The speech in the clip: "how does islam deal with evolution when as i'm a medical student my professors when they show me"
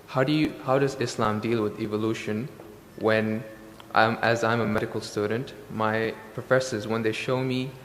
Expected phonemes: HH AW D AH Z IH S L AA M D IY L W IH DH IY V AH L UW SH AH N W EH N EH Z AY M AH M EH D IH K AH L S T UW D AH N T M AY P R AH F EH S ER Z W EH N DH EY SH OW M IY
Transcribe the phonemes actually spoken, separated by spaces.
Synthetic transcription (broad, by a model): HH AW D AH Z IH S L AA M D IY L W IH DH IY V AH L UW SH AH N W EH N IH Z AY M AH M EH D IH K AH L S T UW D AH N T M AY P R AH F EH S ER Z W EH N DH EY SH OW M IY